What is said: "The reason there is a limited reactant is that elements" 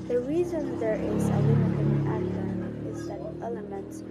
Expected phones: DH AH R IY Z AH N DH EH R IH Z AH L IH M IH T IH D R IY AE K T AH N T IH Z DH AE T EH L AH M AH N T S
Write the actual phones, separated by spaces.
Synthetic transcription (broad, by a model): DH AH R IY Z AH N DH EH R IH Z AH W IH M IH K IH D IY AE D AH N IH Z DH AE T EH L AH M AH N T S